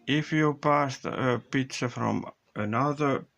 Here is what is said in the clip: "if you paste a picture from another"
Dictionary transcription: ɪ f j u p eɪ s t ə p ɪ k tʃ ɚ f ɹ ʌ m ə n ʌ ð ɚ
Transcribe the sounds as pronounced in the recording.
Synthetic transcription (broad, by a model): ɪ f j u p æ s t ə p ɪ tʃ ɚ f ɹ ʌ m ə n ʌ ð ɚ